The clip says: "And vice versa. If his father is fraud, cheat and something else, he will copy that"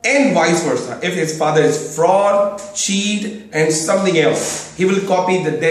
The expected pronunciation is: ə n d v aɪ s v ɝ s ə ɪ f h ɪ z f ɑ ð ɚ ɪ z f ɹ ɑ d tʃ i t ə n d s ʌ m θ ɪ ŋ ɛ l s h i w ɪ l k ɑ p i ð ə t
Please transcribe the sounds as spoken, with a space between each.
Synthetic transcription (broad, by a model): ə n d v aɪ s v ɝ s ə ɪ f h ɪ z f ɑ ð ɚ ɪ z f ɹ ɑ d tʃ i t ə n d s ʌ m t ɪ ŋ ɛ l s h i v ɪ l k ɑ p i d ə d